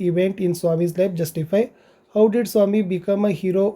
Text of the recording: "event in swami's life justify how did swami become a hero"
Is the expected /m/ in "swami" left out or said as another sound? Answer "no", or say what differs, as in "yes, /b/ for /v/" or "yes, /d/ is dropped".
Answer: no